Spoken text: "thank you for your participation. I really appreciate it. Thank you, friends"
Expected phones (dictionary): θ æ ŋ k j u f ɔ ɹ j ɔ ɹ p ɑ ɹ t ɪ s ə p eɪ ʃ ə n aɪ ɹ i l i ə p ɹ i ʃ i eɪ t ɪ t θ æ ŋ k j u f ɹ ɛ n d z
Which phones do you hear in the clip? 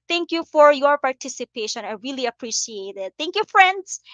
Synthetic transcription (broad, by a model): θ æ ŋ k j u f ɔ ɹ j ɔ ɹ p ɑ ɹ t ɪ s ə p eɪ ʃ ə n aɪ ɹ i l i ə p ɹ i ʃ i eɪ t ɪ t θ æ ŋ k j u f ɹ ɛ n d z